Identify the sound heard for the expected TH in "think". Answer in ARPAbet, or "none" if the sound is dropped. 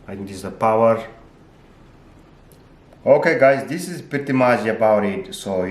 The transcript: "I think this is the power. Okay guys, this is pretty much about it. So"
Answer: T